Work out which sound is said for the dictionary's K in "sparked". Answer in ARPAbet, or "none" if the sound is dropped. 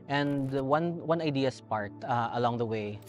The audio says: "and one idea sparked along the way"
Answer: none